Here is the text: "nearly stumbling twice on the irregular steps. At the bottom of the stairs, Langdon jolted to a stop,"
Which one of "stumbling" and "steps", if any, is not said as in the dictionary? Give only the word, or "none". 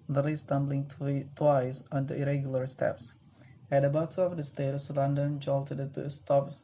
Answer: none